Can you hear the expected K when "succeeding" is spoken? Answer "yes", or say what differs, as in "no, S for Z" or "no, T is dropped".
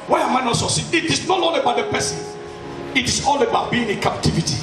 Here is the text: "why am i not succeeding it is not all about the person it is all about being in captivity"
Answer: no, K is dropped